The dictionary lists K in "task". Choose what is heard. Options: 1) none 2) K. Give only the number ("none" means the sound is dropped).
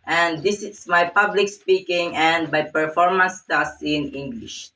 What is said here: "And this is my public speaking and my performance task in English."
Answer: 1